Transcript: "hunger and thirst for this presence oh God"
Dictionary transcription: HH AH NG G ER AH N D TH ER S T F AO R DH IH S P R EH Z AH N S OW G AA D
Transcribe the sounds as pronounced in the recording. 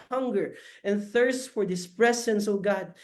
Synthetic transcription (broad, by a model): HH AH NG G ER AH N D TH ER S T F AO R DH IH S P R EH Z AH N S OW G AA D